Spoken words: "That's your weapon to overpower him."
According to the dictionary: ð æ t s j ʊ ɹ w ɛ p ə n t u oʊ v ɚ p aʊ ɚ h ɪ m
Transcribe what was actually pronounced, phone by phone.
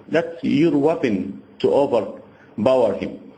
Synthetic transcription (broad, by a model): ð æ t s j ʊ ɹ w ɛ p ə n t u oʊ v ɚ b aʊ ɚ h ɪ m